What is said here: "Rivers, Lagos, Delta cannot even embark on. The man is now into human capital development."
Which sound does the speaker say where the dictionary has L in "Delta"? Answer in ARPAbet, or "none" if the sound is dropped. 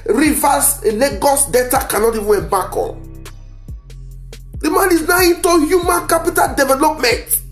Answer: none